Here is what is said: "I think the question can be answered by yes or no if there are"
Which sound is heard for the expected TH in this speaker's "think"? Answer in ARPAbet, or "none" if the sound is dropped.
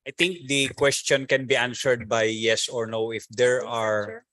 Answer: T